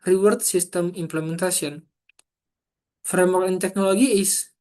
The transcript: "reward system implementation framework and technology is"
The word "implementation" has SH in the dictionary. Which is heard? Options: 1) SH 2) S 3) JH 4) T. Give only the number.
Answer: 2